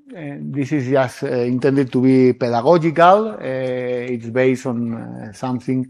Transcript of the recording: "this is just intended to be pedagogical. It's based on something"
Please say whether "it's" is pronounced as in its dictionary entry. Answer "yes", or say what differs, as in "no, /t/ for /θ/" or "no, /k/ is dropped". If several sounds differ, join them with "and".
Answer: yes